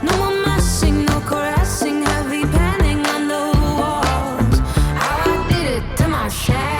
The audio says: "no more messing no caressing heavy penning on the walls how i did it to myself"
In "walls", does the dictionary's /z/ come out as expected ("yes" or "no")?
no